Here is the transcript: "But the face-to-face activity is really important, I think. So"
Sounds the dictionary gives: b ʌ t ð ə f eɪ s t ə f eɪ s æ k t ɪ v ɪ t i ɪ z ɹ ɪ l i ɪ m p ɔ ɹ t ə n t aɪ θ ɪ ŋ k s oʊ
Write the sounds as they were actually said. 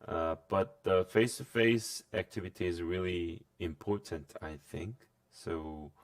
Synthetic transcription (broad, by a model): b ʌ t ð ə f eɪ s t ə f eɪ s æ k t ɪ v ɪ t i ɪ z ɹ ɪ l i ɪ m p ɔ ɹ t ə n t aɪ θ ɪ ŋ k s oʊ